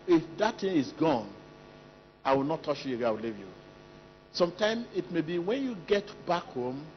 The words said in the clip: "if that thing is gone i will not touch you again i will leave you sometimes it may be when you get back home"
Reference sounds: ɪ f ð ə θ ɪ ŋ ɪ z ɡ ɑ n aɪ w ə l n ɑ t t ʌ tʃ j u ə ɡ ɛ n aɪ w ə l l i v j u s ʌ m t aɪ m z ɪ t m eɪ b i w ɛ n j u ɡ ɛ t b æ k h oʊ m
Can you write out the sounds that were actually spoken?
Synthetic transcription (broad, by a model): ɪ f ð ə t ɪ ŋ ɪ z ɡ ɑ n aɪ w ə l n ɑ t t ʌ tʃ j u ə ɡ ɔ aɪ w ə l l i v j u s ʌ m t aɪ m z ɪ t m eɪ b i w ɛ n j u ɡ ɛ t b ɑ k h oʊ m